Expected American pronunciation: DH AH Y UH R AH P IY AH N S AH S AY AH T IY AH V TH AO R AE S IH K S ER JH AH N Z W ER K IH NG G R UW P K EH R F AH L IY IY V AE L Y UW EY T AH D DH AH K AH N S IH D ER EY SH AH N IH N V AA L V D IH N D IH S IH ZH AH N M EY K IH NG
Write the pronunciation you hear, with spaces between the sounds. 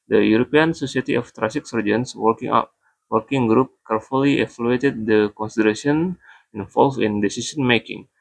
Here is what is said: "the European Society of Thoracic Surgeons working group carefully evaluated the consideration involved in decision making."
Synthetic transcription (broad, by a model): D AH Y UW R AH P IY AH N S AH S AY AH T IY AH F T R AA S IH K S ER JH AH N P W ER K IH NG G R UW P K EH R F AH L IY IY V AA L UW EY T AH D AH K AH N S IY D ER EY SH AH N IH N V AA L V IH N D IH S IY S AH N M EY K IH NG